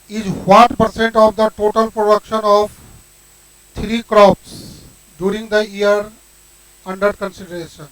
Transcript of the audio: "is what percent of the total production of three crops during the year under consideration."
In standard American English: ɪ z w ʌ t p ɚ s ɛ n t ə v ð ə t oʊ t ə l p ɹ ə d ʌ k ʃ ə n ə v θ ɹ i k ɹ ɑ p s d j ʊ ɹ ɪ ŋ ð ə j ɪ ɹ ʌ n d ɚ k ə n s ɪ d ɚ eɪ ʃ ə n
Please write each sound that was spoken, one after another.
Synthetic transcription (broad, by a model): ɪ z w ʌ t p ɚ s ɛ n t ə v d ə t oʊ t ə l p ɹ ə d ʌ k ʃ ə n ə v t ɹ i k ɹ ɑ p s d j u ɹ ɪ ŋ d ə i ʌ ɹ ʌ n d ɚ k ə n s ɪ d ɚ eɪ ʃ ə n